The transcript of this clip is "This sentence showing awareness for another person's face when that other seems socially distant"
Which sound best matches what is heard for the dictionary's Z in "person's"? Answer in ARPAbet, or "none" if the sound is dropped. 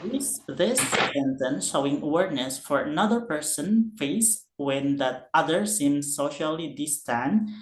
none